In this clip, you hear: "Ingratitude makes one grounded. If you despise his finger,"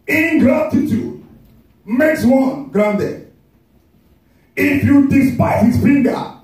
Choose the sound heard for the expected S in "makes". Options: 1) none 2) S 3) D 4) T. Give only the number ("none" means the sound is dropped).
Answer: 2